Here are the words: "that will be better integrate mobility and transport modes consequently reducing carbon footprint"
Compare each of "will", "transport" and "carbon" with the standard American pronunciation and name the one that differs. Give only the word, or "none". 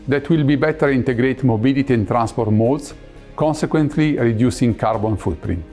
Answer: none